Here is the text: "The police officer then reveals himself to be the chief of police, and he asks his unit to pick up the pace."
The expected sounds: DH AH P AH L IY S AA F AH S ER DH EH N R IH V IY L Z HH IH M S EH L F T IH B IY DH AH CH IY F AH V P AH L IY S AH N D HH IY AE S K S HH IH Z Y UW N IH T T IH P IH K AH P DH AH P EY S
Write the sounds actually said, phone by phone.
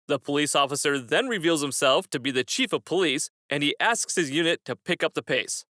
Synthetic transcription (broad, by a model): DH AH P AH L IY S AA F AH S ER DH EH N R IH V IY L Z HH IH M S EH L F T IH B IY DH AH CH IY F AH V P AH L IY S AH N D IY AE S K S HH IH Z Y UW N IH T T IH P IH K AH P DH AH P EY S